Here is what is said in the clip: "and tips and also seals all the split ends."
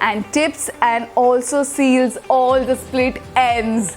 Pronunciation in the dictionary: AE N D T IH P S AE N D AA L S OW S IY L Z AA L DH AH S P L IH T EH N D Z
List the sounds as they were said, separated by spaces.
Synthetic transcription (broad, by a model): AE N D T IH P S AE N D AA L S OW S IY L Z AA L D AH S P L IH T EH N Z